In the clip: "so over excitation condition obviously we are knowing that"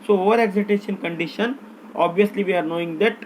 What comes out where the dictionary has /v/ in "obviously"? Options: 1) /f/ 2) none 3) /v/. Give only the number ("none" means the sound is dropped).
3